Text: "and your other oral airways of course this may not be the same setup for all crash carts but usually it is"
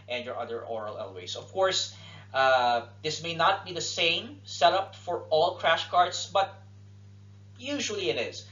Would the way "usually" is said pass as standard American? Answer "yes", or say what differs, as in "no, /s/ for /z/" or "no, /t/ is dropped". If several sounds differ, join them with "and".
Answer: yes